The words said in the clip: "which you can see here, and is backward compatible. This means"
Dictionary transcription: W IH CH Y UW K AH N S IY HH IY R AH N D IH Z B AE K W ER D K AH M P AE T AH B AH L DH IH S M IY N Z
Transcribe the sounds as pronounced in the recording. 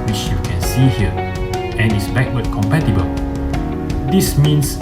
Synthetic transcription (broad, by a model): W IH CH Y UW K AH N S IY HH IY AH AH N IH S B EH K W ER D K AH M P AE T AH B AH L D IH S M IY N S